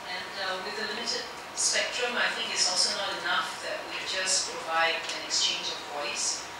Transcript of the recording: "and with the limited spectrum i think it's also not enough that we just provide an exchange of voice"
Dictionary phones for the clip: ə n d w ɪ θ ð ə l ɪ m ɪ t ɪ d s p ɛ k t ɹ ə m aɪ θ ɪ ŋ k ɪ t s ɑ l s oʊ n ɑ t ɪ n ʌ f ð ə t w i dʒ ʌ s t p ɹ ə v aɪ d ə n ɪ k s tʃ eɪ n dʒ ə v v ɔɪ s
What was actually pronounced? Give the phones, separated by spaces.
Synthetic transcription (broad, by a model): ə n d w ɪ ð ə l ɪ m ɪ t ɪ d s p ɛ k t ɹ ə m aɪ θ ɪ ŋ k ɪ t s ɑ l s oʊ n ɑ t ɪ n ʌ f ð ə t w i dʒ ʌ s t p ɹ ə v aɪ d ə n ɪ k s tʃ eɪ n dʒ ə v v ɔɪ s